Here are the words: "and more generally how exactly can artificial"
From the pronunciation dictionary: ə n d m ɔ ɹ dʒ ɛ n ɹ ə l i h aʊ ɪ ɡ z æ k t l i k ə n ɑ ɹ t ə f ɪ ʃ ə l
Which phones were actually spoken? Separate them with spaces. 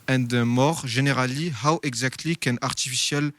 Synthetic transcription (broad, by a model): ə n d m ɔ ɹ ʒ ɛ n ɹ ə l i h aʊ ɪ ɡ z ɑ k t l i k ə n ɑ ɹ t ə f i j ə l